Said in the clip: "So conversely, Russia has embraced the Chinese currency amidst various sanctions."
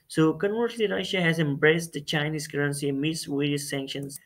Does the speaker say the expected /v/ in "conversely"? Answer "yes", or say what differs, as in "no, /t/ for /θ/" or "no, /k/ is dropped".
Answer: no, /v/ is dropped